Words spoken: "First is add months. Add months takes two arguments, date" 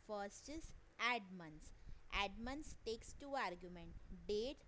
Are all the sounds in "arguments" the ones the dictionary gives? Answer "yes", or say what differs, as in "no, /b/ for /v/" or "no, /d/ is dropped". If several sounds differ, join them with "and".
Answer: no, /s/ is dropped